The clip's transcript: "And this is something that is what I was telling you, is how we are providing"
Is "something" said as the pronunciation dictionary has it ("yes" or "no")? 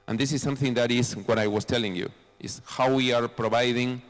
yes